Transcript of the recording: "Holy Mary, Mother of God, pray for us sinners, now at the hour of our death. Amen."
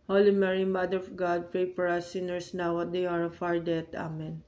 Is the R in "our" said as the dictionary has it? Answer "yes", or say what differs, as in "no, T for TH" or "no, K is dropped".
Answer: no, W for R